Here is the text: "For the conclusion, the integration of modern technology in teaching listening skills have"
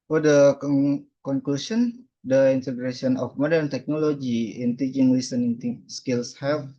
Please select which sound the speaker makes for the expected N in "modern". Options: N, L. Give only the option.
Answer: N